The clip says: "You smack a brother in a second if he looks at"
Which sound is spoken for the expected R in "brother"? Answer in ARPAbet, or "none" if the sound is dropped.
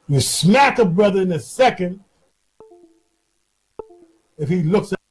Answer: R